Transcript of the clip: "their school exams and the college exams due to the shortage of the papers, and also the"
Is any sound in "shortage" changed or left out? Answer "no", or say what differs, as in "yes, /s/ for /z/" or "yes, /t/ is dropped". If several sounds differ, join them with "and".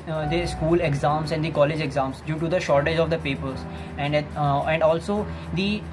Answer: no